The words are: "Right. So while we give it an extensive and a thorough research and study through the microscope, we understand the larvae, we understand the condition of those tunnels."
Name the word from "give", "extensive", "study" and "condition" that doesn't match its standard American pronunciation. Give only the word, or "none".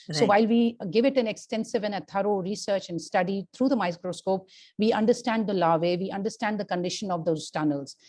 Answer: none